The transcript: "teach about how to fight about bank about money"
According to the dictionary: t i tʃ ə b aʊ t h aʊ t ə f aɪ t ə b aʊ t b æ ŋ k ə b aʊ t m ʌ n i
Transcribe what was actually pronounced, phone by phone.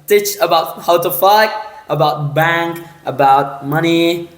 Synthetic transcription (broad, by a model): t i tʃ ə b aʊ t h aʊ t ə f aɪ t ə b aʊ t b æ ŋ k ə b aʊ t m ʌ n i